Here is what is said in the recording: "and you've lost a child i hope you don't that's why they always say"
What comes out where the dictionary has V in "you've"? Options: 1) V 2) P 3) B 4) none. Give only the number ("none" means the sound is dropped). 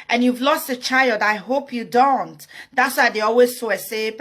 1